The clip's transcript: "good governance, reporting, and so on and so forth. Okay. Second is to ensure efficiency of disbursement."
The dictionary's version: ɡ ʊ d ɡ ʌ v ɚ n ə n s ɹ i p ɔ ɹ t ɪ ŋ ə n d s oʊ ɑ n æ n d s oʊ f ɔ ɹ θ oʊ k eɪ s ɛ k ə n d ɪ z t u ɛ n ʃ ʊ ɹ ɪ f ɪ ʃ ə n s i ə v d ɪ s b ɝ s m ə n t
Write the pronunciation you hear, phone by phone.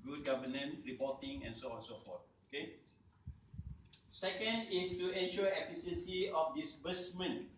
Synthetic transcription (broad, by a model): ɡ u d ɡ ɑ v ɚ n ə n ɹ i p ɔ t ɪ ŋ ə n s oʊ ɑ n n s oʊ f ɔ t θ oʊ k eɪ s ɛ k ə n d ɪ s t u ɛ n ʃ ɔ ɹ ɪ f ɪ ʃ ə n s i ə f d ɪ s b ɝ s m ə n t